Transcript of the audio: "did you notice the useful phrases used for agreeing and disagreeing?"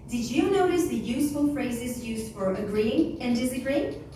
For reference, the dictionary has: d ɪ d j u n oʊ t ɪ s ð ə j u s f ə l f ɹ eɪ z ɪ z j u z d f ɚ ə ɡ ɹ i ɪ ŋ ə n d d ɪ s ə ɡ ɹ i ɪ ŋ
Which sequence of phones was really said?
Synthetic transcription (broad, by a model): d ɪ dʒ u n oʊ t ɪ s ð ə j u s f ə l f ɹ eɪ z ɪ z j u z d f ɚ ə ɡ ɹ i ɪ ŋ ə n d d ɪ s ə ɡ ɹ i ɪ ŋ